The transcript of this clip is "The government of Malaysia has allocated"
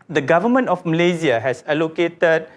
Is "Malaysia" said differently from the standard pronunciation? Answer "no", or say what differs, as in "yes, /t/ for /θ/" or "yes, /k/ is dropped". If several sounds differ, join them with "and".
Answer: yes, /z/ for /ʒ/